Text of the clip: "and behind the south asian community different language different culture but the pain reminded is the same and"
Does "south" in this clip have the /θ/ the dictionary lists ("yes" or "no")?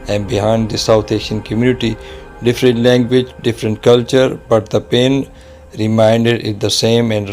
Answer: no